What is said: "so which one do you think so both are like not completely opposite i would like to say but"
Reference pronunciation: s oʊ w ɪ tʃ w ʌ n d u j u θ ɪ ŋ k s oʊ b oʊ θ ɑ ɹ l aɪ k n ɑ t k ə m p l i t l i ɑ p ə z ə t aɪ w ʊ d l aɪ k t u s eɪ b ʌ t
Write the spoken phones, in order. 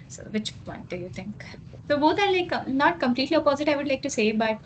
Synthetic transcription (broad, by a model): s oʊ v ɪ tʃ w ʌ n d u j u t ɪ ŋ k s oʊ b oʊ t ɑ ɹ l aɪ k n ɑ t k ə m p l i t l i ɑ p ə z ə t aɪ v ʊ d l aɪ k t u s eɪ b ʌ t